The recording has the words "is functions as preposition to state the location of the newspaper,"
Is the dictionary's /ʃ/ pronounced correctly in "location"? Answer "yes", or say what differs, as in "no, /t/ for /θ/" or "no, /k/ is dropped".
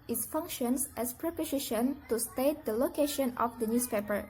yes